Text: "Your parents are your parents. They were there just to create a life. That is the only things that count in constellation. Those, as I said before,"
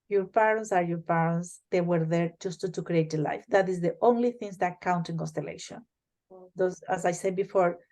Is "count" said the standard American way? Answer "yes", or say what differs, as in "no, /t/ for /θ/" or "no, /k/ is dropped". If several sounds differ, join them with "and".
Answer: yes